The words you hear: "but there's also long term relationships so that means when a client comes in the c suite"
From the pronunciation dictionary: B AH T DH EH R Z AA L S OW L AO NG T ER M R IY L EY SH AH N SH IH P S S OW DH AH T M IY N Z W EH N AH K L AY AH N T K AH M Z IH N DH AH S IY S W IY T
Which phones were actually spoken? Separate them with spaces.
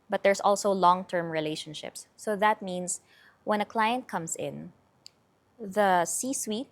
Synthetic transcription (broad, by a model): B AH T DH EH R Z AA L S OW L AO NG T ER M R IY L EY SH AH N SH IH P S S OW DH AH T M IY N S W EH N AH K L AY AH N T K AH M S IH N DH AH S IY S W IY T